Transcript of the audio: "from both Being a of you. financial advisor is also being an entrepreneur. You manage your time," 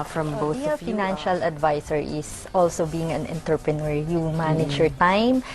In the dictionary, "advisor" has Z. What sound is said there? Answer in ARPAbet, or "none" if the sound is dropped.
S